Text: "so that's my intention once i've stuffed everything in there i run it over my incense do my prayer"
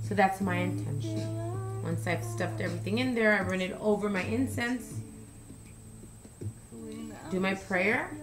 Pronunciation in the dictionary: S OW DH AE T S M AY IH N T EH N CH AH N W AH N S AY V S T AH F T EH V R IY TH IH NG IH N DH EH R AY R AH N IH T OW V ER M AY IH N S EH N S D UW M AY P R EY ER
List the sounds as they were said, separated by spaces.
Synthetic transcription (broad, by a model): S OW DH AE T S M AY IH N T EH N SH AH N W AH N S AY V S T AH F T EH V R IY TH IH NG IH N DH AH R AY R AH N IH T OW V ER M AY IH N S EH N S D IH M AY P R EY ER